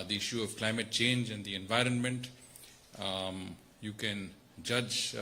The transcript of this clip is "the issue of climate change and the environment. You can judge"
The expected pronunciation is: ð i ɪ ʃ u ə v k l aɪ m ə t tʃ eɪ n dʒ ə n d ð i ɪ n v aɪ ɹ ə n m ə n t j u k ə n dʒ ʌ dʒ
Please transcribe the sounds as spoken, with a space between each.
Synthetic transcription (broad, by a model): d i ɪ ʃ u ə v k l aɪ m ə t tʃ eɪ n dʒ ə n d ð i ɪ n v aɪ ɹ ə n m ə n t j u k ə n dʒ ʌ dʒ